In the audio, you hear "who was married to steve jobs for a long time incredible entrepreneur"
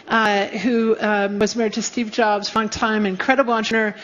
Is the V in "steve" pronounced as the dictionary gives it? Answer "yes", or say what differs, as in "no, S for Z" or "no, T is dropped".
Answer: yes